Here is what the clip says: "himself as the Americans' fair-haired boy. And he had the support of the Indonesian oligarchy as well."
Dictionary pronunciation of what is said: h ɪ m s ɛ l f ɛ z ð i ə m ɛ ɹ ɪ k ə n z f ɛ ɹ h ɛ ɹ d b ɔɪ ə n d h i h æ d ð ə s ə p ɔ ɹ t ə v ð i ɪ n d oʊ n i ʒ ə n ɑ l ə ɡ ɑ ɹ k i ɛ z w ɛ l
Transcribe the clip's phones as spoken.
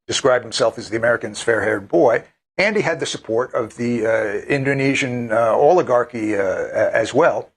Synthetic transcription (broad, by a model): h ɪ m s ɛ l f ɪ z ð i ə m ɛ ɹ ɪ k ə n z f ɛ ɹ h ɛ ɹ d b ɔɪ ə n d i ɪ d ð ə s ə p ɔ ɹ t ə v ð i ɪ n d oʊ n i ʒ ə n ɑ l ə ɡ ɑ ɹ k i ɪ z w ɛ l